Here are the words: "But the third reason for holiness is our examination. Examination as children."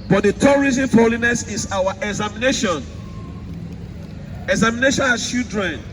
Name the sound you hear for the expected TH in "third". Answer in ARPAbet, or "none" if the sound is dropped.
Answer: T